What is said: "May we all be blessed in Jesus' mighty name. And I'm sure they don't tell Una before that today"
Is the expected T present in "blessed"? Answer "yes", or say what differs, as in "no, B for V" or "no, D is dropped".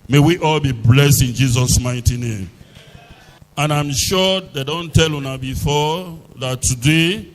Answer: yes